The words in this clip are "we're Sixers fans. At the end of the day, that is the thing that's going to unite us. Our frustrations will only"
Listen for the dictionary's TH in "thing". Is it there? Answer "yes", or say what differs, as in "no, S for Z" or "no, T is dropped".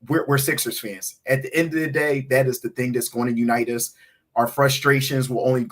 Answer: yes